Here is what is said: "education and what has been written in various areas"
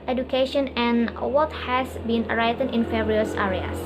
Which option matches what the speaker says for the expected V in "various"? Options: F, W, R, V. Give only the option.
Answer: F